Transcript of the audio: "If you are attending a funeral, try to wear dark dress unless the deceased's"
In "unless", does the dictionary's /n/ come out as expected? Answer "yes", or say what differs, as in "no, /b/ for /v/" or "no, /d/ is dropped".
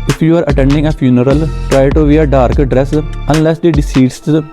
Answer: yes